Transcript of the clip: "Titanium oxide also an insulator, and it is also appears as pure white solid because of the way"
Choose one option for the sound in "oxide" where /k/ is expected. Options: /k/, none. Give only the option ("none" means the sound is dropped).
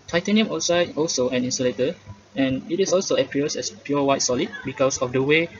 none